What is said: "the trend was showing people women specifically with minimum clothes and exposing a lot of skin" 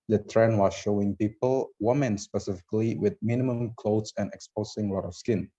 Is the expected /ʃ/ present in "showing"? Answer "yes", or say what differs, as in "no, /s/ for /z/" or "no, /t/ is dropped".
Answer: yes